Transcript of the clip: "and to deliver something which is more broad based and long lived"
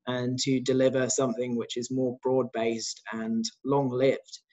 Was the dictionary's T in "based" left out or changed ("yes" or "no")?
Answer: no